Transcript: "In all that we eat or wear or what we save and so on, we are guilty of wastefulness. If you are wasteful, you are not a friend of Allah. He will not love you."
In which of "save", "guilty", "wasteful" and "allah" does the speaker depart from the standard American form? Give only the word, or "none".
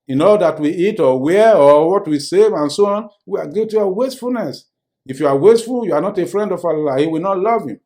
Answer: guilty